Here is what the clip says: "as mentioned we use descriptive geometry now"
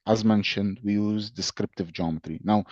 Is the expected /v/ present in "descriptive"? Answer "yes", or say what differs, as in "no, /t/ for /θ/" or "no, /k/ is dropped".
yes